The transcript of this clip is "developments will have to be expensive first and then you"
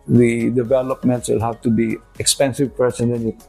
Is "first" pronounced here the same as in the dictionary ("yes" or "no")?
no